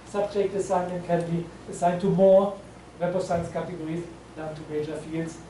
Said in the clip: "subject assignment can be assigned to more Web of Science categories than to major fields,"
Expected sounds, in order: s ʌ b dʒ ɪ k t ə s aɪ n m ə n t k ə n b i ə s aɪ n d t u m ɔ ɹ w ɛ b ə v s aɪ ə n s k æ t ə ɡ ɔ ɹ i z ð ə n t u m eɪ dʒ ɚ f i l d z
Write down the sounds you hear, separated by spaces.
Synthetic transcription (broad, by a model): s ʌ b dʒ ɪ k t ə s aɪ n ə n k ə n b i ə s aɪ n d t u m ɔ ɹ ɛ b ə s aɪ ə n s k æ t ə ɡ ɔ ɹ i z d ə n t u m eɪ dʒ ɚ f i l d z